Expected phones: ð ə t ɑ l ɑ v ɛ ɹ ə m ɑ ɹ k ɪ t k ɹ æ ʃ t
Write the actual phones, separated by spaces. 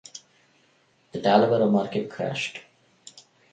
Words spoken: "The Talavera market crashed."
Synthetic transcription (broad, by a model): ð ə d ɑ l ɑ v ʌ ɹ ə m ɑ ɹ k ɪ t k ɹ æ ʃ t